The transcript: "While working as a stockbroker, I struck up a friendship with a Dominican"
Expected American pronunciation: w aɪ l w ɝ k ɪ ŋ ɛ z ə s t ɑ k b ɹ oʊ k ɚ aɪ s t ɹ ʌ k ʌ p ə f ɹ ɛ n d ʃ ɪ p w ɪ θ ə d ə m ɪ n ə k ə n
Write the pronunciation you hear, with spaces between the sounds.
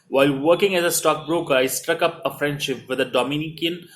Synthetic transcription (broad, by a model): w aɪ l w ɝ k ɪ ŋ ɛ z ə s t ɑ k b ɹ oʊ k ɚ aɪ s t ɹ ʌ k ʌ p ə f ɹ ɛ n d ʃ ɪ p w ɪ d ə d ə m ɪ n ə k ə n